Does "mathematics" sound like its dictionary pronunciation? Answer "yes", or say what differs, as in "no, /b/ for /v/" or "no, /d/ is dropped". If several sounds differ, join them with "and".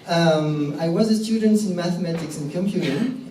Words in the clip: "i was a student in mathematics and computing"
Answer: yes